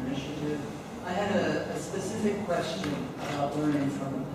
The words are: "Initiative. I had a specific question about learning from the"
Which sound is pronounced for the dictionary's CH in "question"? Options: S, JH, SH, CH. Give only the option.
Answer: CH